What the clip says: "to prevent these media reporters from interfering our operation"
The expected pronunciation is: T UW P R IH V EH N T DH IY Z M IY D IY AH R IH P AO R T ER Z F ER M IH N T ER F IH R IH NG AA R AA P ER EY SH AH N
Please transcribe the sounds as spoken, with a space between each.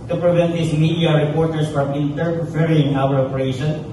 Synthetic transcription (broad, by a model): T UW P R IH V EH N T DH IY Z M IY D IY AH R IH P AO R T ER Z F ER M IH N T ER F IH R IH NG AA L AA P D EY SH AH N